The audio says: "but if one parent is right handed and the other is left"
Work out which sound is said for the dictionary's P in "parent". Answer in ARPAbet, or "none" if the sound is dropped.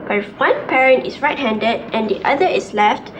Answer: P